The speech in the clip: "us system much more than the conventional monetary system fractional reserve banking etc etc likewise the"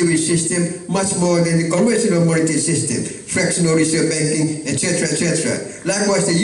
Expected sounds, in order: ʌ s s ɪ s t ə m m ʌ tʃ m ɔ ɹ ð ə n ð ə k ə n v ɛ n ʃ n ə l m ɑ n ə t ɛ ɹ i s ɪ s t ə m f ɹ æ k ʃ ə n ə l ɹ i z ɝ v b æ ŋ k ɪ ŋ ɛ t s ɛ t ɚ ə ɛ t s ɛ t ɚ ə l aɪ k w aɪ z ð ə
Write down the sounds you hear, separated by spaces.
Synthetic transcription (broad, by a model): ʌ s s ɪ s t ə m m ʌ tʃ m ɔ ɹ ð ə n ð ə k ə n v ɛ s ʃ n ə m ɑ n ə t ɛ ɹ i s ɪ s t ə m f ɹ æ k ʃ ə n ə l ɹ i s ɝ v b æ ŋ k ɪ ŋ ɛ t s ɛ t ɚ ə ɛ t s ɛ t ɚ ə l aɪ k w aɪ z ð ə